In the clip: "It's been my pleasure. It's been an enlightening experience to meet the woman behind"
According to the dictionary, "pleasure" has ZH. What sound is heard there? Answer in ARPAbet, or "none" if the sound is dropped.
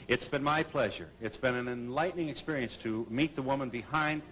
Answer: ZH